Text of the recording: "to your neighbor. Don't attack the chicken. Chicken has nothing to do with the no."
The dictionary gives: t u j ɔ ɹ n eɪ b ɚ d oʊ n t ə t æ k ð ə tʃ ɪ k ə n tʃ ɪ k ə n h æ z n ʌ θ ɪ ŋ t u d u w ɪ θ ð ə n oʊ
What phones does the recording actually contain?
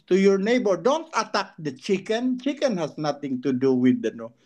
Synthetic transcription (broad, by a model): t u j ɔ ɹ n eɪ b ɚ d oʊ n t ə t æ k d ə tʃ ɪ k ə n tʃ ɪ k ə n h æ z n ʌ t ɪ ŋ t u d u w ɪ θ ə n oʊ